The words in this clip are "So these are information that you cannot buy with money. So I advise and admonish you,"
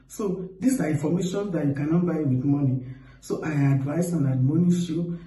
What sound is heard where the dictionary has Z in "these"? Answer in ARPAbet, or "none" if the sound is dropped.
S